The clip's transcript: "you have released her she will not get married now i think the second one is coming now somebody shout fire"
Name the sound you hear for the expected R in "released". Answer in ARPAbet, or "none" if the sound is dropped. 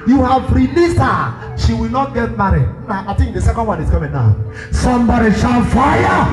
R